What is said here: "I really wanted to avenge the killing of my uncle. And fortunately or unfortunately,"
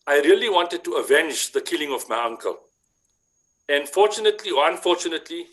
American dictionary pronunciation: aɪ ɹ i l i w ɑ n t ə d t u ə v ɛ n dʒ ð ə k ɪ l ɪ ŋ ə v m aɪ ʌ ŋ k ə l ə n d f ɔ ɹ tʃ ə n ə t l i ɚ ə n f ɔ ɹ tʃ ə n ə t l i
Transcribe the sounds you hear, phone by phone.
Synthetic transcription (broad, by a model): aɪ ɹ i l i w ɑ n t ə d t u ə v ɛ n dʒ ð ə k ɪ l ɪ ŋ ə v m aɪ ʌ ŋ k ə l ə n f ɔ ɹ tʃ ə n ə t l i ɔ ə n f ɔ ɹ tʃ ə n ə t l i